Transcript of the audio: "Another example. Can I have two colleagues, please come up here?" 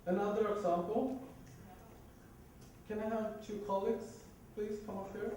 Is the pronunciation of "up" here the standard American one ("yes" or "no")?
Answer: no